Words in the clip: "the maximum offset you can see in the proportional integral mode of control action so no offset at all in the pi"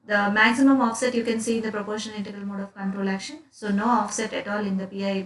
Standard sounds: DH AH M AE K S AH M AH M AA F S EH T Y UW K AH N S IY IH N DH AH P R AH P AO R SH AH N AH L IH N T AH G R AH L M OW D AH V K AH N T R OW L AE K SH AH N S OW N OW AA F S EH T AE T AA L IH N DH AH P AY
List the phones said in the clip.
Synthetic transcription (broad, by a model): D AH M AE K S AH M AH M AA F S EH T Y UW K AH N S IY IH N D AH P R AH P AO R SH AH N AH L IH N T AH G AH L M OW D AH V K AH N T R OW L AE K SH AH N S OW N OW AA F S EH T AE T AA L IH N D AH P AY